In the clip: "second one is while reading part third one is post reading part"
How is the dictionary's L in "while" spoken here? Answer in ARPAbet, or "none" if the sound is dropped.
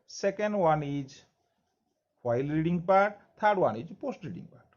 L